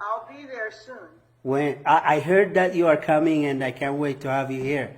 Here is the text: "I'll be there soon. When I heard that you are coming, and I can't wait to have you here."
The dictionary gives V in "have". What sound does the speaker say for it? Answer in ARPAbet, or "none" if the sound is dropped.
V